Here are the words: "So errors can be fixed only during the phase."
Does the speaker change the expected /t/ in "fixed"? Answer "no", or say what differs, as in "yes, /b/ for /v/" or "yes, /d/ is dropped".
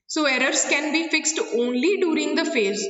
no